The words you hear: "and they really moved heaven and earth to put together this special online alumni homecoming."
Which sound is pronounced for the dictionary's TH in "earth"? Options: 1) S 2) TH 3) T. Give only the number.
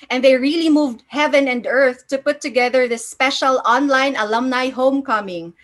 2